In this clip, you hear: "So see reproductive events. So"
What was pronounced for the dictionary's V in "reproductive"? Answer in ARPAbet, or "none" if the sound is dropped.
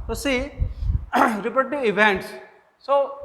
none